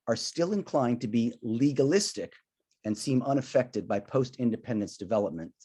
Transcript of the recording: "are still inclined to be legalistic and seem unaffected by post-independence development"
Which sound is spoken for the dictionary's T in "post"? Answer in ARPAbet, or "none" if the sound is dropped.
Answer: T